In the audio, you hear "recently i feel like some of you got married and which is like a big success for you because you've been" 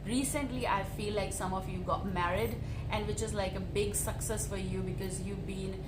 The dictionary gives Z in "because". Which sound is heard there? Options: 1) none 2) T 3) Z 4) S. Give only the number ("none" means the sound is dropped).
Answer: 3